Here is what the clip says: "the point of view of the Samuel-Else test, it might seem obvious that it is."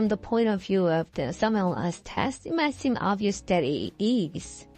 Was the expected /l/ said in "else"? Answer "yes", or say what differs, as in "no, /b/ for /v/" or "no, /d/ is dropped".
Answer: no, /l/ is dropped